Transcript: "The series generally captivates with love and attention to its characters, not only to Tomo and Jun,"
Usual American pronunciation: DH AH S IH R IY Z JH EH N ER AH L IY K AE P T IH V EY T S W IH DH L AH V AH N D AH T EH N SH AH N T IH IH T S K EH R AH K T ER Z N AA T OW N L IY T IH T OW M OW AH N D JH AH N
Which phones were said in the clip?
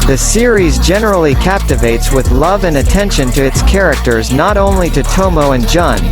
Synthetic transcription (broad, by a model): DH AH S IH R IY Z JH EH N ER L IY K AE P T IH V EY T S W IH DH L AH V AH N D AH T EH N SH AH N T IH IH T S K EH R AH K T ER Z N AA T OW N L IY T IH T OW M OW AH N JH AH N